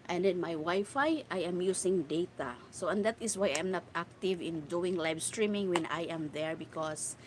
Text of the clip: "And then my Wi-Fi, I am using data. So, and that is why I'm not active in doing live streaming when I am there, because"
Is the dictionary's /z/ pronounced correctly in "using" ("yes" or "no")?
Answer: no